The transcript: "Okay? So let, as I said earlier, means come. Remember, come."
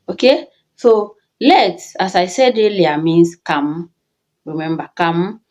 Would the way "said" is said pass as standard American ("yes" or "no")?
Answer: yes